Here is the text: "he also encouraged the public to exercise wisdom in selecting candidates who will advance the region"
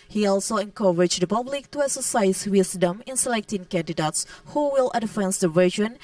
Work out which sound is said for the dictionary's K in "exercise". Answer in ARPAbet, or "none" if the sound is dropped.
none